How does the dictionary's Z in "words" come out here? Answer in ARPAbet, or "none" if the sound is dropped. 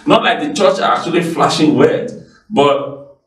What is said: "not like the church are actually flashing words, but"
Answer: none